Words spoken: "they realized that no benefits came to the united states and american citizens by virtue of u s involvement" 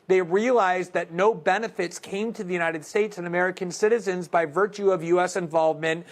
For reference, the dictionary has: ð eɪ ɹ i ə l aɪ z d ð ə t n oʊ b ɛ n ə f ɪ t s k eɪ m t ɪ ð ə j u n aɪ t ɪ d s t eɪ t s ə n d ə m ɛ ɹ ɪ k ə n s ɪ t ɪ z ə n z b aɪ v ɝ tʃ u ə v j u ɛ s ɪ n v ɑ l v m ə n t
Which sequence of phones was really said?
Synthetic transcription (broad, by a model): ð eɪ ɹ i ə l aɪ z ð ə t n oʊ b ɛ n ə f ɪ t s k eɪ m t ɪ ð ə j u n aɪ t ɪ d s t eɪ t s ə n ə m ɛ ɹ ɪ k ə n s ɪ t ɪ z ə n z b aɪ v ɝ tʃ u ə v j u ɛ s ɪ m v ɑ l v m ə n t